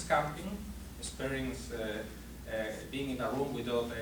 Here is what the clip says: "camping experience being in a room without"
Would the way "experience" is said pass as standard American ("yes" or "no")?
no